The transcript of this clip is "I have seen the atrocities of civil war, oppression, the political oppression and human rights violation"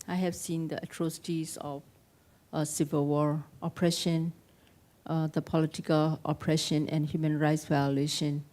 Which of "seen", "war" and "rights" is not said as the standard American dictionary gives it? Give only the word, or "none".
none